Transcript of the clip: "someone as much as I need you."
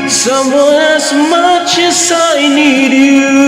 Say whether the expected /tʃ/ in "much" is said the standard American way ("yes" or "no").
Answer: yes